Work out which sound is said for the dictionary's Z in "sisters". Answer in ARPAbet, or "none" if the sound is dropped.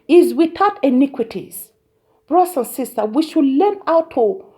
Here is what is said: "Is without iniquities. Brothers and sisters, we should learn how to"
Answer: none